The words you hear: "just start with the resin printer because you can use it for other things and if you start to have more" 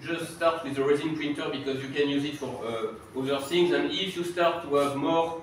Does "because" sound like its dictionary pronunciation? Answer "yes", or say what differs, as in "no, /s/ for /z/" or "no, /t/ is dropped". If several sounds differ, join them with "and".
yes